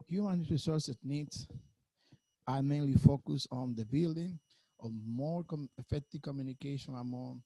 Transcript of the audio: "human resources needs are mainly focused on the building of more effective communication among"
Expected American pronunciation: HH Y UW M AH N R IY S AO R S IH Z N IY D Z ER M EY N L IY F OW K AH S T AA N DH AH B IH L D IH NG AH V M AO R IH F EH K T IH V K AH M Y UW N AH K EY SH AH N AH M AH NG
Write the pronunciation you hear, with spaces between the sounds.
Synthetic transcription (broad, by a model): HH Y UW M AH N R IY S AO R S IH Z N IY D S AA M EY N L IY F OW K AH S AA N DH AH B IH L D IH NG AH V M AO R IH F EH K T IH V K AH M Y UW N AH K EY SH AH N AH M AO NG